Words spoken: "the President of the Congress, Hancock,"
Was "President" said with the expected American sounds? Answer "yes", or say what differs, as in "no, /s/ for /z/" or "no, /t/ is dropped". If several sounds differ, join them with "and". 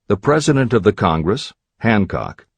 yes